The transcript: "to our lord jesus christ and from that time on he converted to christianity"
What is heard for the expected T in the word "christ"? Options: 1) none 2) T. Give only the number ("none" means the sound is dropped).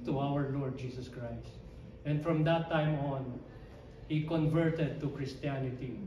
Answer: 2